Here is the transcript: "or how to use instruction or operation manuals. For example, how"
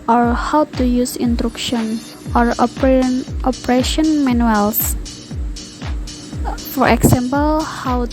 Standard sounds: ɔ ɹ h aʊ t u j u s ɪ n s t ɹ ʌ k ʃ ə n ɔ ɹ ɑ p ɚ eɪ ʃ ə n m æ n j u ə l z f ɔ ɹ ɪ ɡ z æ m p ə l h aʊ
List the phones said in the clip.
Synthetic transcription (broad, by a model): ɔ ɹ h aʊ t u j u s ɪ n t ɹ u k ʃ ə n ɔ ɹ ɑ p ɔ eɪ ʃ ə n m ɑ n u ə l s f ɔ ɹ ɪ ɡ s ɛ m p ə l h aʊ